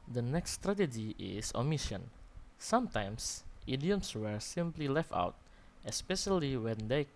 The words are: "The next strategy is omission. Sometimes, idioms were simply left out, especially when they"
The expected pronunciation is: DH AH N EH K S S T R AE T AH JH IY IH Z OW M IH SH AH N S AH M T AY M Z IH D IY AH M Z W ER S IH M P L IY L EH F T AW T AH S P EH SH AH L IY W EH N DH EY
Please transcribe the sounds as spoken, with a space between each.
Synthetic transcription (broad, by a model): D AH N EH K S S T R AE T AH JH IY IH S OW M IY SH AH N S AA M T AY M S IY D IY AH M S W ER S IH M P L IY L EH F T AW T AH S P EH SH AH L IY W EH N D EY